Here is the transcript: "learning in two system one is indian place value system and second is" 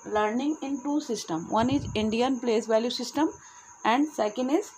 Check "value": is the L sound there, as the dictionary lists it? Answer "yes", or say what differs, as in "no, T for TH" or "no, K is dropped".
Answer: yes